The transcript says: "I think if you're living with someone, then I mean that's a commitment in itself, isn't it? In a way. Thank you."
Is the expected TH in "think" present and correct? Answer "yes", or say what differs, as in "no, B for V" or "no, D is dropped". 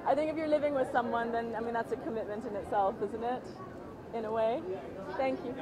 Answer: yes